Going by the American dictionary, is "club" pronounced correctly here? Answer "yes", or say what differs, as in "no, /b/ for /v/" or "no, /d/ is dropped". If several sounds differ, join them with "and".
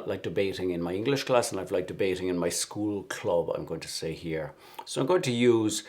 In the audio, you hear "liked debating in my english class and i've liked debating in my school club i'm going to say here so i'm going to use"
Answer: yes